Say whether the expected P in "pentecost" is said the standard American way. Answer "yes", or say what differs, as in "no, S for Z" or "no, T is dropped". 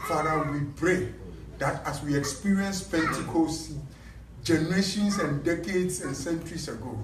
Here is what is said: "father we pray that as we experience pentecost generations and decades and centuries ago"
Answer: no, F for P